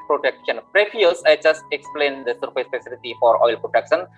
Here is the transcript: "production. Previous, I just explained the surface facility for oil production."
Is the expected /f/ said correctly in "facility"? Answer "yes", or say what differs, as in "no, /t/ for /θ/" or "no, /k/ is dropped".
no, /p/ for /f/